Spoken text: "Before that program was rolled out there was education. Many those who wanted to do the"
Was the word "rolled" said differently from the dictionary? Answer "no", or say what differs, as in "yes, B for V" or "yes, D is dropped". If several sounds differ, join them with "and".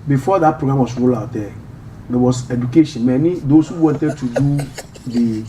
yes, D is dropped